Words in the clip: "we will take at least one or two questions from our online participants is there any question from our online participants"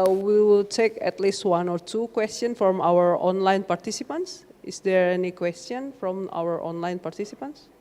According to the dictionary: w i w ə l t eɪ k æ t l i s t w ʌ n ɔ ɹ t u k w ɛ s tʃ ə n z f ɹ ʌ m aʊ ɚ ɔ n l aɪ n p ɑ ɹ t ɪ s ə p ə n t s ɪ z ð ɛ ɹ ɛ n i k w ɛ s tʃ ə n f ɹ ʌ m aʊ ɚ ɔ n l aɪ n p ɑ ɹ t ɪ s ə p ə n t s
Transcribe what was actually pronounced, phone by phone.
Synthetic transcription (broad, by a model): w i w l t eɪ k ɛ t l i s t w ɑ n ɔ ɹ t u k w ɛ s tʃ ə n f ɹ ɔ m aʊ ɚ ɔ n l aɪ n p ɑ ɹ t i s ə p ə n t s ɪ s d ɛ ɹ ɛ n i k w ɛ s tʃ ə n f ɹ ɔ m aʊ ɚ ɔ n l aɪ n p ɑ ɹ t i s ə p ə n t s